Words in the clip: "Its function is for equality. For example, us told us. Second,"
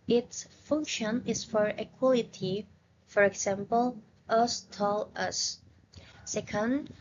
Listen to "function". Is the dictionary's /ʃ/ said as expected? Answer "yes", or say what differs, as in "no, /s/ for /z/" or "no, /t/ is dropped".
yes